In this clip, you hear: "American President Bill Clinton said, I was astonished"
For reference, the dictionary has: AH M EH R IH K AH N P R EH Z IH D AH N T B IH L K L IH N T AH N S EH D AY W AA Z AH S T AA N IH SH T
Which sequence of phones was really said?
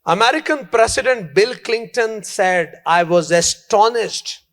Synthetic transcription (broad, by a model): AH M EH R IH K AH N P R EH S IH D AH N T B IH L K L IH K T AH N S EH D AY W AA Z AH S T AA N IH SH T